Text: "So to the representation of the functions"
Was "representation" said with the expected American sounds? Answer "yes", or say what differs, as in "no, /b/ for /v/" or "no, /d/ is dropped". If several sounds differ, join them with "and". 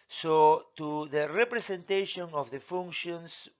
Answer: no, /s/ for /z/